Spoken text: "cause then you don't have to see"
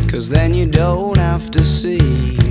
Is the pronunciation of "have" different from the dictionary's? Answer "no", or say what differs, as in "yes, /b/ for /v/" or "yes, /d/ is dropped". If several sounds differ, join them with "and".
yes, /f/ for /v/